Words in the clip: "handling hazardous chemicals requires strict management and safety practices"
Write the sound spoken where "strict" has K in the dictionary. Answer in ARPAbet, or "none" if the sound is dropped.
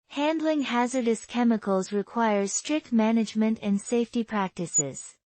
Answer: K